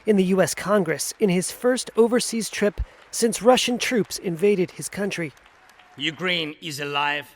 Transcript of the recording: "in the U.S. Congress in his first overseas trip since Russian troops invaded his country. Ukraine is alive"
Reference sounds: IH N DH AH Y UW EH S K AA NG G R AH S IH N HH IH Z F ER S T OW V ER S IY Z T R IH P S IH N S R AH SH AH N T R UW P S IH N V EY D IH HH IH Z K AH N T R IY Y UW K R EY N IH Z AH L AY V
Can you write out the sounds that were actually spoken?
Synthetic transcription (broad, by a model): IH N DH AH Y UW EH S K AA NG G R AH S IH N IH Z F ER S T OW V ER S IY Z T R IH P S IH N S R AH SH AH N T R UW P S IH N V EY D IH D IH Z K AH N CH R IY Y UW K R EY N IH Z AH L AY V